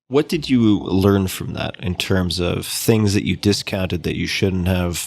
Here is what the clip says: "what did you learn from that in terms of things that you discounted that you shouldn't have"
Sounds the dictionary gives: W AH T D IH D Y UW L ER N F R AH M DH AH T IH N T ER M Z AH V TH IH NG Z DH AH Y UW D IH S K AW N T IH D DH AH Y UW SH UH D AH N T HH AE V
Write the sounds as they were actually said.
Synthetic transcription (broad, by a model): W AH T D IH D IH L ER N F R AH M DH AH T IH N T ER M Z AH V TH IH NG Z DH AH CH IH D IH S K AW N T IH D DH AH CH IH SH UH D N T HH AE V